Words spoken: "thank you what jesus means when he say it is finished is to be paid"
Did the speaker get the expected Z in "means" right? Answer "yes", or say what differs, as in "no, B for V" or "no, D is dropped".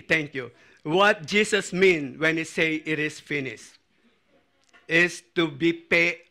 no, Z is dropped